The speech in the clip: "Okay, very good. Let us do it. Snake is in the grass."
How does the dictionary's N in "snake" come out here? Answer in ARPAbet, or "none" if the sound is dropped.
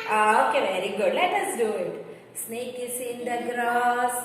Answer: N